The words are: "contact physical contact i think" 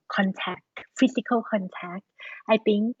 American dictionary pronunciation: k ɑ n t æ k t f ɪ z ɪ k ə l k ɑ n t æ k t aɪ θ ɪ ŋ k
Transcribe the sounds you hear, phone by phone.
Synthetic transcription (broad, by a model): k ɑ n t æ k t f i s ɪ k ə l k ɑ n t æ k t aɪ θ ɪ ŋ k